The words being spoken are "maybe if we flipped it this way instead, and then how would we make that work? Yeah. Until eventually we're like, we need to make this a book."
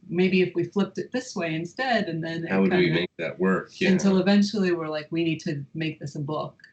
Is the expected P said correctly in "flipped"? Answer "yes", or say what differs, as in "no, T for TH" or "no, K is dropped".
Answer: yes